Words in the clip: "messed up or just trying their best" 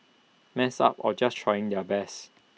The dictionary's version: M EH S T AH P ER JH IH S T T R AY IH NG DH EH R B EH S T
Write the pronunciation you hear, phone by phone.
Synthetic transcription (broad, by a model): M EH S AA P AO JH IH S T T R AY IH NG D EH B EH S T